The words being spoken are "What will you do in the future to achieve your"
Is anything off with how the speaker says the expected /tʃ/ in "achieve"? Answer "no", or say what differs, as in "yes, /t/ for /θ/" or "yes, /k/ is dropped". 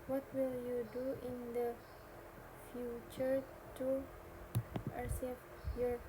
yes, /s/ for /tʃ/